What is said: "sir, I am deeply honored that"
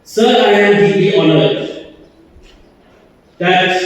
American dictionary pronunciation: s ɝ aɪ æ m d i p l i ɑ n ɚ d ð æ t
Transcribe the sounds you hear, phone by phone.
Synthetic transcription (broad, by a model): s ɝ aɪ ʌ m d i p i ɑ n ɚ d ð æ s